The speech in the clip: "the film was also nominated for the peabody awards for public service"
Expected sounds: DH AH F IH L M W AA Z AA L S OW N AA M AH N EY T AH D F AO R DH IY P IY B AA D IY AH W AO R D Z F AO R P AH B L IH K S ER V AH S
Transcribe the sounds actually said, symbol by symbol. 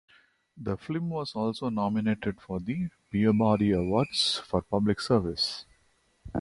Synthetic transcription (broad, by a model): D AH F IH M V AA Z AA L S OW N AA M AH N EY T AH D F AO R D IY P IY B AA D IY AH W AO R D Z F AO R P AH B L IH K S ER V AH S